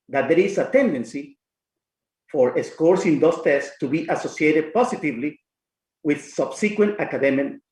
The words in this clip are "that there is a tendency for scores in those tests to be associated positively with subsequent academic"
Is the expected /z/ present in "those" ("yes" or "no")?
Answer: no